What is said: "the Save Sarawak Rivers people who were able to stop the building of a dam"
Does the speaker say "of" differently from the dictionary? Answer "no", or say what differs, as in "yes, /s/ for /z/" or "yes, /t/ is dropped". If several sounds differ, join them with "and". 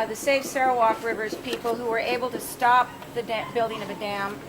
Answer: no